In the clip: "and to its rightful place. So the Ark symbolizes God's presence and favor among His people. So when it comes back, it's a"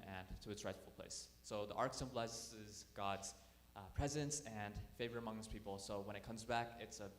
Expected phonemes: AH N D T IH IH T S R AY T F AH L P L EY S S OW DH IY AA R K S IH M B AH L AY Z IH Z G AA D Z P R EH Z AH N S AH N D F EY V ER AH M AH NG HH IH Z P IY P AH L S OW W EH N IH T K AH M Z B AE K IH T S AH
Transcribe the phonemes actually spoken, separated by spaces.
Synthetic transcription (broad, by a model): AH N T IH IH T S R AY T F L P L EY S S OW DH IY AA R K S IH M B L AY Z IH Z G AA D Z P R EH Z AH N S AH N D F EY V ER AH M AH NG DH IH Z P IY P L S OW W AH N IH T K AH M Z B AE K IH T S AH